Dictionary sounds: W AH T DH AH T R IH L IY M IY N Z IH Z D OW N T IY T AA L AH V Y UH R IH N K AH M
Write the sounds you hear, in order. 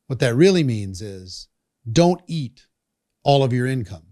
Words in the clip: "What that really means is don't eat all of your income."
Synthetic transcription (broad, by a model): W AH T DH AH T R IH L IY M IY N Z IH Z D OW N T IY T AA L AH V Y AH R IH N K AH M